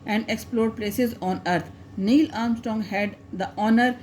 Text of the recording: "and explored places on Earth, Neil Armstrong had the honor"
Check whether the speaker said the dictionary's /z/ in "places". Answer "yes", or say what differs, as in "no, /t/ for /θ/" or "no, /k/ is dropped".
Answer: yes